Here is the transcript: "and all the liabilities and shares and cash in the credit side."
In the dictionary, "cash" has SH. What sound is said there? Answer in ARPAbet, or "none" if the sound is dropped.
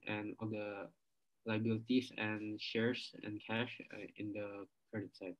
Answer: SH